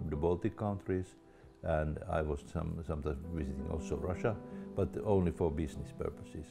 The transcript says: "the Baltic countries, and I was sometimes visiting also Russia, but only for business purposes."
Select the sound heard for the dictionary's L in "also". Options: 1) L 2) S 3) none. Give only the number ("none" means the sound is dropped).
1